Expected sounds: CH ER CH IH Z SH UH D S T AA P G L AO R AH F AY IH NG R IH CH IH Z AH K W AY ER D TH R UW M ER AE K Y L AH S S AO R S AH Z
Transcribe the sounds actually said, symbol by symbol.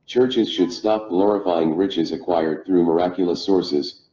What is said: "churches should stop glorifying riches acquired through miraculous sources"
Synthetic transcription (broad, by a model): CH ER CH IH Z SH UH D S T AA P G L AO R AH F AY IH NG R IH CH IH Z AH K W AY ER D TH R UW M ER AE K Y L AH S S AO R S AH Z